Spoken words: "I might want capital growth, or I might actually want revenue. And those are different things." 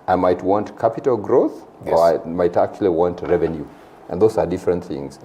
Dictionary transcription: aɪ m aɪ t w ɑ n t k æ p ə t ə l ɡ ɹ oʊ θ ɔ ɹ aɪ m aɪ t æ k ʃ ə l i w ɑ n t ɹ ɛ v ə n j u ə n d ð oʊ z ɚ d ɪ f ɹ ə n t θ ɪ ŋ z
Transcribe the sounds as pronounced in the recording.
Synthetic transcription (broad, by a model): aɪ m aɪ t w ɑ n t k æ p ə t ə l ɡ ɹ oʊ θ ɔ ɹ aɪ m aɪ t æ k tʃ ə l i w ɑ n t ɹ ɛ v ə n j u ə n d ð oʊ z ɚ d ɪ f ɹ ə n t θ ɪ ŋ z